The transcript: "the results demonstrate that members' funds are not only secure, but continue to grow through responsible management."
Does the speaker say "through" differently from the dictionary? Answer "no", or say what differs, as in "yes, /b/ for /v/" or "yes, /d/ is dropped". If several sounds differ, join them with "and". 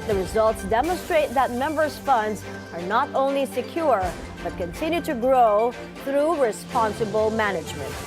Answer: no